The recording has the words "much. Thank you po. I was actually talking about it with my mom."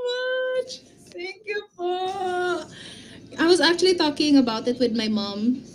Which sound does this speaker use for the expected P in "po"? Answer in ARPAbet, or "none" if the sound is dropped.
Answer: F